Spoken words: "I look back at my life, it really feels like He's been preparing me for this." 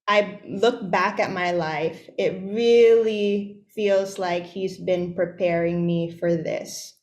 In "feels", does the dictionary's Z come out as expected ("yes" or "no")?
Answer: yes